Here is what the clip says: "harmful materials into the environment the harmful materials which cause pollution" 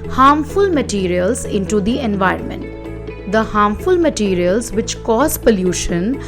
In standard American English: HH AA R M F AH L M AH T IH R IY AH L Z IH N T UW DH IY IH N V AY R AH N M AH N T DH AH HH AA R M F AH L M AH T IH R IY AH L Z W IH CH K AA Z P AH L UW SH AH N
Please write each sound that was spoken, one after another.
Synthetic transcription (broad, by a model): HH AA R M F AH L M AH T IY R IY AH L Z IH N T UW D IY IH N V AY R AH N M AH N T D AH HH AA R M F AH L M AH T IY R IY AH L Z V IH CH K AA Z P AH L UW SH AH N